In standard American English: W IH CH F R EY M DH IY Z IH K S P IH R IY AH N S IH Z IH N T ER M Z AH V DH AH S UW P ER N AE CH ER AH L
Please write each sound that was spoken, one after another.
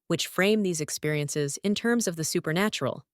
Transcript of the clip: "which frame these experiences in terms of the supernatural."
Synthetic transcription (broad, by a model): W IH CH F R EY M DH IY Z IH K S P IH R IY AH N S IH Z IH N T ER M Z AH V DH AH S UW P ER N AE CH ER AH L